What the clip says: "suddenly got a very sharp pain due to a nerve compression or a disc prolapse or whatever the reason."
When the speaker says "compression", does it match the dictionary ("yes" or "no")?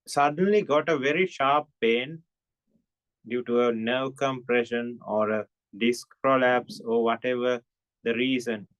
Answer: yes